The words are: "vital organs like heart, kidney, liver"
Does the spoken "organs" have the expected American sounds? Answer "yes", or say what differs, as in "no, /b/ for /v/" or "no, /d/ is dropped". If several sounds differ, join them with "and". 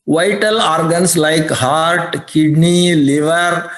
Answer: no, /s/ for /z/